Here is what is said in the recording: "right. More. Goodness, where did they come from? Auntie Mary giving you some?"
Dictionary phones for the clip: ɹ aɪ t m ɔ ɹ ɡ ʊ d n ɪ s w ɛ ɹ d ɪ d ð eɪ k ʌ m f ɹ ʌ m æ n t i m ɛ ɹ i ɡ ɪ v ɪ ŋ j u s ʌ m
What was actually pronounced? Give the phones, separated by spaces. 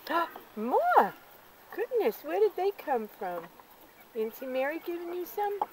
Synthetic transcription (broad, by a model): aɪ m ɔ ɹ ɡ ʊ d n ɪ s w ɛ ɹ d ɪ d ð eɪ k ʌ m f ɹ ʌ m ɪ n s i m ɛ ɹ i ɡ ɪ v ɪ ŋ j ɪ s ʌ m